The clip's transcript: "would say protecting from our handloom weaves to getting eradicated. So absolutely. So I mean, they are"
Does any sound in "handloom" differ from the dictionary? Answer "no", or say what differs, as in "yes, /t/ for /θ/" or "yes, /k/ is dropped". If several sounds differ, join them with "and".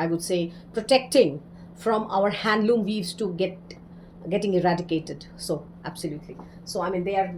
no